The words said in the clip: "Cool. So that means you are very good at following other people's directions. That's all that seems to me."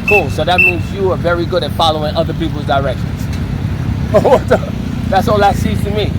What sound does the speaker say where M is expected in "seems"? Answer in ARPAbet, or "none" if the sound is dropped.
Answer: none